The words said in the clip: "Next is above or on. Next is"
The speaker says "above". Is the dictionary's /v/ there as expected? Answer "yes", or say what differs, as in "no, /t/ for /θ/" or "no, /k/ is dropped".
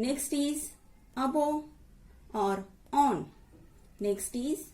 no, /v/ is dropped